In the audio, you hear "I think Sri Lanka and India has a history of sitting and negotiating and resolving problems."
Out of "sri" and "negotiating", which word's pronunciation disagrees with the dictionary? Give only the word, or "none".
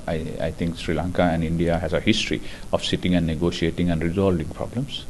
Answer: negotiating